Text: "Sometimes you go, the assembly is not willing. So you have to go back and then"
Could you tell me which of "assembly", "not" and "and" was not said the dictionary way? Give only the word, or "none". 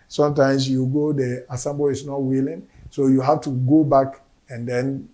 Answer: assembly